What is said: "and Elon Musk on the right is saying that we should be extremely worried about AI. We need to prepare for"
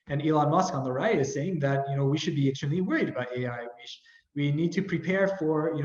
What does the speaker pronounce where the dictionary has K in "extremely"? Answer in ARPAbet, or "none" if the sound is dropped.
none